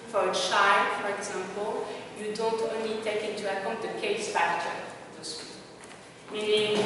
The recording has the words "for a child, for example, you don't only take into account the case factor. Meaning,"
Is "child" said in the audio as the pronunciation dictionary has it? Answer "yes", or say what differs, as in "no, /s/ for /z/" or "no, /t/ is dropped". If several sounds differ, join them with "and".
no, /ʃ/ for /tʃ/